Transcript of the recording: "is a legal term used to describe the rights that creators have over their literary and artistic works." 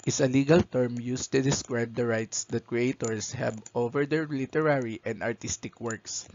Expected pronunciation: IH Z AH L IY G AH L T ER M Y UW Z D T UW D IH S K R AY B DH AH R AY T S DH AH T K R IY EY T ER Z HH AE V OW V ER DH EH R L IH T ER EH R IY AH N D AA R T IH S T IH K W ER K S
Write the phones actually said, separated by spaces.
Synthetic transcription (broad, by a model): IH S AH L IY G AH L T ER M Y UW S T UW D IH S K R AY B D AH R AY T S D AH T K R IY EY T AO S HH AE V OW V ER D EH R L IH T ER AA R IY AH N D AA R T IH S T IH K W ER K S